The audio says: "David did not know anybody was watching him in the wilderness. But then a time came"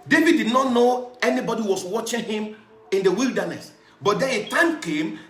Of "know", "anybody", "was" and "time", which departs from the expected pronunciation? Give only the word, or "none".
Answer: was